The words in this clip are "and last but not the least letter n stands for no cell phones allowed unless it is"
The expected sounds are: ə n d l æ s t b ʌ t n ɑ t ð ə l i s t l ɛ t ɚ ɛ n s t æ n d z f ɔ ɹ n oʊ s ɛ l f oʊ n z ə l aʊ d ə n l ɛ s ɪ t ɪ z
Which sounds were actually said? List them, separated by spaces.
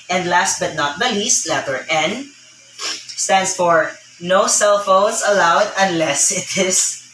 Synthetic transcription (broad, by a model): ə n d l æ s t b ʌ t n ɑ t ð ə l i s t l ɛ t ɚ ɛ n s t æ n d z f ɔ ɹ n oʊ s ɛ l f oʊ n s ə l aʊ d ə n l ɛ s ɪ t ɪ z